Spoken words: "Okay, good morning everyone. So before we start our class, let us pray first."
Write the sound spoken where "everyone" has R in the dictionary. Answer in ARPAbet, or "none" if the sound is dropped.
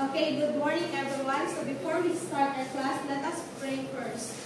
none